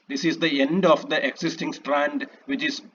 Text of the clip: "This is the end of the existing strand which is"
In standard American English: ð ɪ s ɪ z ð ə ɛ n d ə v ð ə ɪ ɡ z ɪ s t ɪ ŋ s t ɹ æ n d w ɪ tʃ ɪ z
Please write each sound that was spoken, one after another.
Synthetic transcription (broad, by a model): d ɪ s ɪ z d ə ɛ n d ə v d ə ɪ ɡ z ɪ s t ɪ ŋ s t ɹ æ n d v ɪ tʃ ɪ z